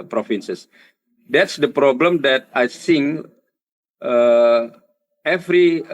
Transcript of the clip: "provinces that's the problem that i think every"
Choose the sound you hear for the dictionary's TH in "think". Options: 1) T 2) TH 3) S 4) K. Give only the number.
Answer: 3